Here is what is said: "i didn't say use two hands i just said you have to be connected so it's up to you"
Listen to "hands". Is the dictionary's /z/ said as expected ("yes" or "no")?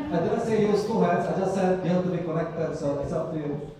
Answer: no